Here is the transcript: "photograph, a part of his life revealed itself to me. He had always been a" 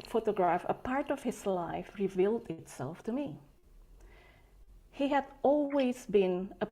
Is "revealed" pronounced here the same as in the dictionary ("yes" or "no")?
yes